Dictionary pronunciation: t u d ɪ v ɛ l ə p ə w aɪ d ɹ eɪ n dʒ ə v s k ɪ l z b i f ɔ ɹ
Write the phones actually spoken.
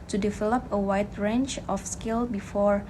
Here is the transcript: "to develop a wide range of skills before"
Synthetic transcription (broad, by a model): t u d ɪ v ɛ l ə p ə w aɪ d ɹ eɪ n tʃ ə f s k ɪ l b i f ɔ ɹ